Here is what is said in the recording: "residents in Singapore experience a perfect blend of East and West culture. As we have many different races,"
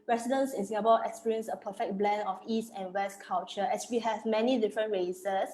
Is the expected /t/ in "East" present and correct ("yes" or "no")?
yes